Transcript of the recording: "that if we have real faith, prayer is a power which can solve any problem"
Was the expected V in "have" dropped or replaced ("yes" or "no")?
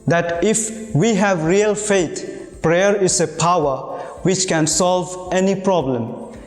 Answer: no